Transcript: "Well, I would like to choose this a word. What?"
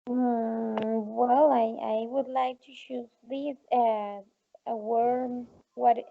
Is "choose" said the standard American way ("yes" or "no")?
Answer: no